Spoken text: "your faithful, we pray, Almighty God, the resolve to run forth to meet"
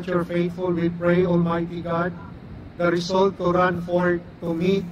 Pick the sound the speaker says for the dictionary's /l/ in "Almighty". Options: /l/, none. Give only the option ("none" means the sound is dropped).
/l/